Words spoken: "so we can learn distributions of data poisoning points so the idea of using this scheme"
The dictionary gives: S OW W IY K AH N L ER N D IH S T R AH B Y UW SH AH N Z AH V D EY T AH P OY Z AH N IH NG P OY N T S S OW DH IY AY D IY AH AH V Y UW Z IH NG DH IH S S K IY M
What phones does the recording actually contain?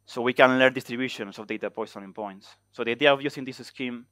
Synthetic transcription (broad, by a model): S OW W IY K AH N L ER N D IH S T R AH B Y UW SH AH N S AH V D EY T AH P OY S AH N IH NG P OY N T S S OW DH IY AY D IY AH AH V Y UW S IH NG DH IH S S K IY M